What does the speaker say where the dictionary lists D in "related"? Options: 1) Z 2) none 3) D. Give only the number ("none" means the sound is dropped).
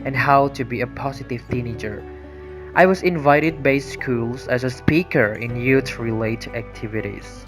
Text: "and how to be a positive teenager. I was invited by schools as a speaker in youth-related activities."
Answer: 2